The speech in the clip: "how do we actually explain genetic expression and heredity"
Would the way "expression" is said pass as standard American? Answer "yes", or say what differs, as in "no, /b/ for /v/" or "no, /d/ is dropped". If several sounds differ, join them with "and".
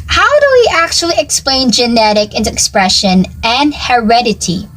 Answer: yes